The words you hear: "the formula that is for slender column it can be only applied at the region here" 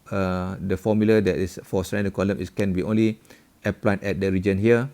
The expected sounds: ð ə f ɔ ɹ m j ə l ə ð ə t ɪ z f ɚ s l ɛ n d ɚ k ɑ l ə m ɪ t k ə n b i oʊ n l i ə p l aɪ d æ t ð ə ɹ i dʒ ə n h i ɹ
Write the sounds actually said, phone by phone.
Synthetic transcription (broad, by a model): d ə f ɔ m j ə l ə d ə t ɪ s f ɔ s ɛ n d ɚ k ɑ l ə m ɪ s k ə n b i oʊ n l i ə p l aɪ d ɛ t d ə ɹ i dʒ ə n h i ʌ